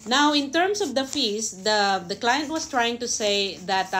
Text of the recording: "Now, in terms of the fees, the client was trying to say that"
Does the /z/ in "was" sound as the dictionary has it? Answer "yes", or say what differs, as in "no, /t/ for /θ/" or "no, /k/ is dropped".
no, /s/ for /z/